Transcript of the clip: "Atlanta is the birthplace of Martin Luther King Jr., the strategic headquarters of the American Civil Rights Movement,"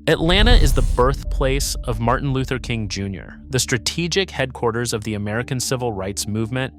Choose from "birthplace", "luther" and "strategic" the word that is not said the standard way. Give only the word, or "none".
none